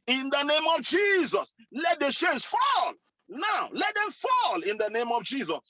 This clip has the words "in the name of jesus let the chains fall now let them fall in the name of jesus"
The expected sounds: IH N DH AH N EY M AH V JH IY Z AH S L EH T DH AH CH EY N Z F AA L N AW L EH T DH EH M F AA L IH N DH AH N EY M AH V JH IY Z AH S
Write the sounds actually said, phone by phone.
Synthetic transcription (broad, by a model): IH N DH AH N EY M AH V JH IY Z AH S L EH T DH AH SH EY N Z F AA L N AW L EH T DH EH M F AA L IH N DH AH N EY M AH V JH IY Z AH S